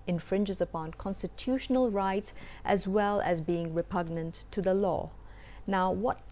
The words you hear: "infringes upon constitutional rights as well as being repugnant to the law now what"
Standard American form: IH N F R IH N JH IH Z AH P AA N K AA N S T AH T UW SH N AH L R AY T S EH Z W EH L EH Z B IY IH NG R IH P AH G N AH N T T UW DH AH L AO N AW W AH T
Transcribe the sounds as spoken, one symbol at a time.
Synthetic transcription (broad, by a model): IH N F R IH N JH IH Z AH P AA N K AA N S T AH T UW SH N AH L R AY T S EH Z W EH L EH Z B IY IH NG R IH P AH G N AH N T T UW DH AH L AO N AW W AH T